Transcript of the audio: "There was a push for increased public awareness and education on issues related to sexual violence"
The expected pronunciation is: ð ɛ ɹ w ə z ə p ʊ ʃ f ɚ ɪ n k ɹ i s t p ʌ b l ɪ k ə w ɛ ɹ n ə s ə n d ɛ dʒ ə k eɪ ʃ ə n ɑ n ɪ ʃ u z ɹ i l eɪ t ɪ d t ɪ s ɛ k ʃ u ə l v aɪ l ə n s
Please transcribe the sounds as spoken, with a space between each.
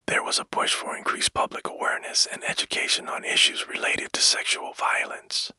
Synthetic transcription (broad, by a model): ð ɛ ɹ w ə z ə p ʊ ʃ f ɚ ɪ n k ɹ i s p ʌ b l ɪ k ə w ɛ ɹ n ə s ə n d ɛ dʒ ə k eɪ ʃ ə n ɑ n ɪ ʃ u z ɹ i l eɪ t ɪ d t ɪ s ɛ k ʃ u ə l v aɪ l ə n s